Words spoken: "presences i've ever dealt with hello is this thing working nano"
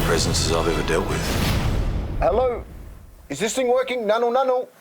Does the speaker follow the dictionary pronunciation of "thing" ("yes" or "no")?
no